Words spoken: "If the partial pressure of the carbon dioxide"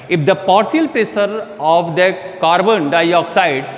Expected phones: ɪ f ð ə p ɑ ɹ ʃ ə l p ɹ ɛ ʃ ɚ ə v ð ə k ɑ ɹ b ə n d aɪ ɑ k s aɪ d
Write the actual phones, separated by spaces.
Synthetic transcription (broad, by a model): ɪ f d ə p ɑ ɹ s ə l p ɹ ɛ s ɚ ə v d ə k ɑ ɹ b ə n d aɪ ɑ k s aɪ d